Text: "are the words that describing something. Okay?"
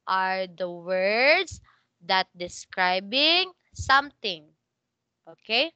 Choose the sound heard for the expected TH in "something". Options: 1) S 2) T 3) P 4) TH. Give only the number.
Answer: 2